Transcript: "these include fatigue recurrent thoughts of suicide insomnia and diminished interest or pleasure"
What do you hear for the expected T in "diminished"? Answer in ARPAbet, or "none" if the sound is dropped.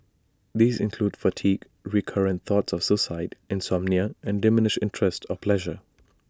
none